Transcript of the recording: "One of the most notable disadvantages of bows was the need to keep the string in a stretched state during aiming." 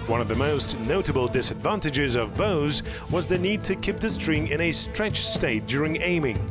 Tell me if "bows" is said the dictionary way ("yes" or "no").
yes